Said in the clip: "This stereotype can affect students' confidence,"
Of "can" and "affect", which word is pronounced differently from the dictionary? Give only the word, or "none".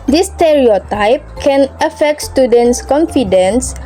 none